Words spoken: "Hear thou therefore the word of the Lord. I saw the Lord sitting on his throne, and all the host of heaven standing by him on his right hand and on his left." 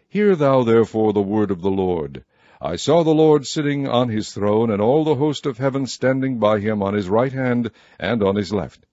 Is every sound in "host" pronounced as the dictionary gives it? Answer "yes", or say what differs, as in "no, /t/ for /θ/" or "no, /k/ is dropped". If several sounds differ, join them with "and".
yes